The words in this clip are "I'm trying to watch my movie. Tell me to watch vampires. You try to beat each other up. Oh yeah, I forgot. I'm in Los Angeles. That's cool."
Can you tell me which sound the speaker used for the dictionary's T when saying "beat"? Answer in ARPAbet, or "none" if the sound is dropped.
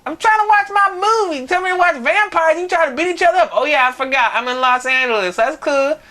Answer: T